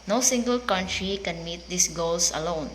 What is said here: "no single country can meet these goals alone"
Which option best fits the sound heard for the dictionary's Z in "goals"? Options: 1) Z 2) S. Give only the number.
2